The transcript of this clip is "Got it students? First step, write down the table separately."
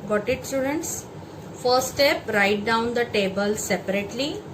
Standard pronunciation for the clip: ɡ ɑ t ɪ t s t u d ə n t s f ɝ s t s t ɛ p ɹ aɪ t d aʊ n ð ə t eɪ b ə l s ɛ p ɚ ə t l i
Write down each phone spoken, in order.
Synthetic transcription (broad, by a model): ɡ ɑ t ɪ t s t u d ə n t s f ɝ t s t ɛ p ɹ aɪ t d aʊ n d ə t eɪ b ə l s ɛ p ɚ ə t l i